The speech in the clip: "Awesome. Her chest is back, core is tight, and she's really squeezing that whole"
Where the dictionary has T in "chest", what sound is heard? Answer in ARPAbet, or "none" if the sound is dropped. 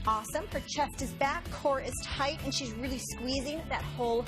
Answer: T